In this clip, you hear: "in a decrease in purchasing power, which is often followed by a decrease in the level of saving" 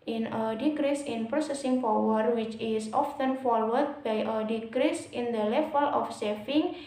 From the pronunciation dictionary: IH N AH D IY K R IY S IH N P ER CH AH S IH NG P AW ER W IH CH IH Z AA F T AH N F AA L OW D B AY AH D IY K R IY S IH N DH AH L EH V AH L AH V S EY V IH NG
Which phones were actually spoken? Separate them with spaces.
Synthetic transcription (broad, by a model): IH N AH D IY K R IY S IH N P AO S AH S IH NG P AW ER W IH CH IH S AA F T AH N F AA W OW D B AY AH D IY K R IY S IH N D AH L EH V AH L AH F S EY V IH NG